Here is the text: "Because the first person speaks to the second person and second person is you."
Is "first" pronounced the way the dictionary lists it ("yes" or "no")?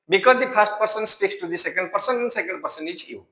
no